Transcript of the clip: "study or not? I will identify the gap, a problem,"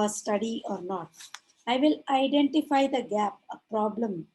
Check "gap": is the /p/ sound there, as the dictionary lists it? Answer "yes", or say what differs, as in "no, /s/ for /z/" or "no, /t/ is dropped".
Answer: yes